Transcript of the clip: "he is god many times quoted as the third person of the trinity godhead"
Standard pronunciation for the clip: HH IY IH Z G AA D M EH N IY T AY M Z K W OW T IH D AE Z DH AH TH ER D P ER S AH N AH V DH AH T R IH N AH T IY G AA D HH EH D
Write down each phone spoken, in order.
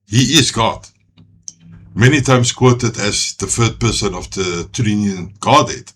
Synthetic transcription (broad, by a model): HH IY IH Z G AA D M EH N IY T AY M S K W OW T IH D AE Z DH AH F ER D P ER S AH N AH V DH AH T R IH N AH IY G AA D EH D